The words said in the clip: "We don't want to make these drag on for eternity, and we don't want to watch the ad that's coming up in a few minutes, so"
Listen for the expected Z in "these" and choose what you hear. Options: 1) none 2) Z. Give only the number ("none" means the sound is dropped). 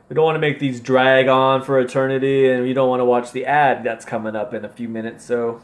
2